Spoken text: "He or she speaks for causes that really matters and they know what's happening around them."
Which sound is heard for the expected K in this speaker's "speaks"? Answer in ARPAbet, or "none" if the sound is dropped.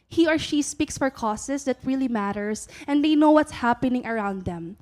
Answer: K